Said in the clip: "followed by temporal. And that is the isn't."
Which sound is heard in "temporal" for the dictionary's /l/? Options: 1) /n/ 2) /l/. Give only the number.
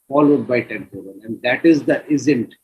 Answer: 1